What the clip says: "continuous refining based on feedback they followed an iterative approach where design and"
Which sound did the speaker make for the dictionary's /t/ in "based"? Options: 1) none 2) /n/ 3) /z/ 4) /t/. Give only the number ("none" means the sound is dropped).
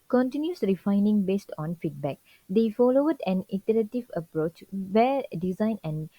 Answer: 4